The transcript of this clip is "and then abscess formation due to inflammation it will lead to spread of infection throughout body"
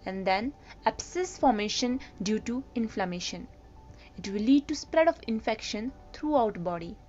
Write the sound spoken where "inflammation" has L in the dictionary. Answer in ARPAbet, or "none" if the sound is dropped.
L